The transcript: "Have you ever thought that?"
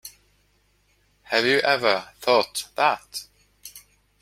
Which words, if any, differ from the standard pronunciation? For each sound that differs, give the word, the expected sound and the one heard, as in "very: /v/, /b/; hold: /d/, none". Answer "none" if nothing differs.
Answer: none